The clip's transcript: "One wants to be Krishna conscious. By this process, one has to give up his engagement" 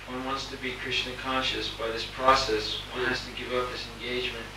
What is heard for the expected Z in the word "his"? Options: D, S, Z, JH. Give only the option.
S